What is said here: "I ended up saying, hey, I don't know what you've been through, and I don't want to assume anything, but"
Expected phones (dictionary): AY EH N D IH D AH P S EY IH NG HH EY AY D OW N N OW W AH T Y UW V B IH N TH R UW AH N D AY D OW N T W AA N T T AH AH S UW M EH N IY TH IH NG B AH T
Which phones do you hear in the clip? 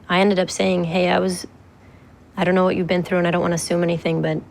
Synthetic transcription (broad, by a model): AY EH N D IH D AH P S EY IH NG HH EY AY D OW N N OW W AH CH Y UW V B IH N TH R UW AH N AY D OW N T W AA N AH AH S UW M EH N IY TH IH NG B AH T